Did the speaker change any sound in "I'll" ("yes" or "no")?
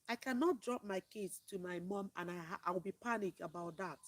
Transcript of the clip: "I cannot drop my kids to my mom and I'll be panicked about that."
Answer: yes